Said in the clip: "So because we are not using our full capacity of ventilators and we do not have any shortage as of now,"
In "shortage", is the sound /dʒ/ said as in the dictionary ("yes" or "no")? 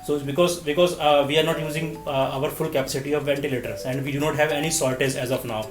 no